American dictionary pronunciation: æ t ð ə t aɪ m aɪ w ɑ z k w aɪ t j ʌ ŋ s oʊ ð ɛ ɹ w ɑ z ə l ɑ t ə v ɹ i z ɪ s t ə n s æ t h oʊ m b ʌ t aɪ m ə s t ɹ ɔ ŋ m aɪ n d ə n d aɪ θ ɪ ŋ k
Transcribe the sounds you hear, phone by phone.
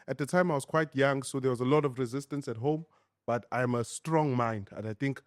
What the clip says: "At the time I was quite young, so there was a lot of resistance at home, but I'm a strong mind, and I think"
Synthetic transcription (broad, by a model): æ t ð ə t aɪ m aɪ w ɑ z k w aɪ t j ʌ ŋ s oʊ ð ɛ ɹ w ɑ z ə l ɑ t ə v ɹ i z ɪ s t ə n s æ t h oʊ m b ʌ t aɪ m ə s t ɹ ɔ ŋ m aɪ n d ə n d aɪ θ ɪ ŋ k